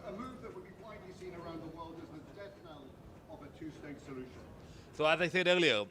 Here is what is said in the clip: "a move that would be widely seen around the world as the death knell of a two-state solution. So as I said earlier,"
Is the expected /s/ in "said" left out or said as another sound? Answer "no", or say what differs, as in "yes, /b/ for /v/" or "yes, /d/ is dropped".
yes, /θ/ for /s/